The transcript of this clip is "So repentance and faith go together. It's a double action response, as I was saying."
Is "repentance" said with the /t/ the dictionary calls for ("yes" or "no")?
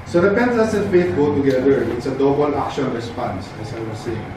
no